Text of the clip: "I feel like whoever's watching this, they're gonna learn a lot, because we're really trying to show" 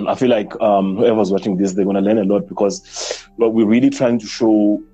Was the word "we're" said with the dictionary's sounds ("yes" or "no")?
no